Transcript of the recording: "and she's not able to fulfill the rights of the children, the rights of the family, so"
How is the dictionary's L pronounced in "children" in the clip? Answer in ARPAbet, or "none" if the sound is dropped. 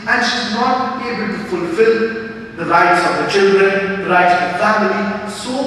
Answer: L